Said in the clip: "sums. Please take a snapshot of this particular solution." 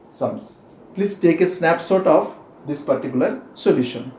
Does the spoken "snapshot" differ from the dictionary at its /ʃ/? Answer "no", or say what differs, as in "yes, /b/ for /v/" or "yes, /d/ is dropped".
yes, /s/ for /ʃ/